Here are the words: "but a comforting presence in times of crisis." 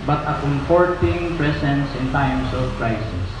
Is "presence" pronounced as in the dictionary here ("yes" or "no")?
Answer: no